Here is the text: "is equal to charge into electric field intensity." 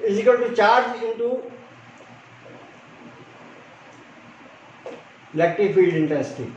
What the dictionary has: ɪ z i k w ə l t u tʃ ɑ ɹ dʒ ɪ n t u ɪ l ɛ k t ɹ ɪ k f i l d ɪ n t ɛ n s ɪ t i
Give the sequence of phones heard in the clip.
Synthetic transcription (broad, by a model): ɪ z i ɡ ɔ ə n t u tʃ ɑ ɹ dʒ ɪ n t u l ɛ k t ɪ f i l d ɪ n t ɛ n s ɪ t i